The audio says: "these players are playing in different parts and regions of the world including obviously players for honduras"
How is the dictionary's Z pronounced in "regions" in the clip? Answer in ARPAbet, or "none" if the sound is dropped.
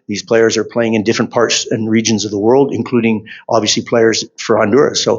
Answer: Z